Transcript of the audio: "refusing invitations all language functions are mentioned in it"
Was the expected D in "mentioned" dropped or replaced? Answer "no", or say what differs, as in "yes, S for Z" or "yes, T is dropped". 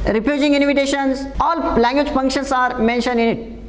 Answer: yes, D is dropped